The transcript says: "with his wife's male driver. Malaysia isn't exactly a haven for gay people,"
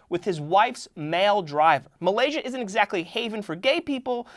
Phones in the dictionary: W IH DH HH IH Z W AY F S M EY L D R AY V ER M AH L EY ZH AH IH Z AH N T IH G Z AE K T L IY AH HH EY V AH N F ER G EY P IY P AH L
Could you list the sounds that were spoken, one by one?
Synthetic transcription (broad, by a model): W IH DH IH Z W AY F S M EY L D R AY V ER M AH L EY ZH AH IH Z AH N T IH G Z AE K T L IY HH EY V AH N F ER G EY P IY P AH L